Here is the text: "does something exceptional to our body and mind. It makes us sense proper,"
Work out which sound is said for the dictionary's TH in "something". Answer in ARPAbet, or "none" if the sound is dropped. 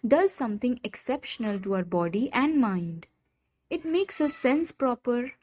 T